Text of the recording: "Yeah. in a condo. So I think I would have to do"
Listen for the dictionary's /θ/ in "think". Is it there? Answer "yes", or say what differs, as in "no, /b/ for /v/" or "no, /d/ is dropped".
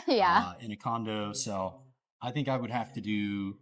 yes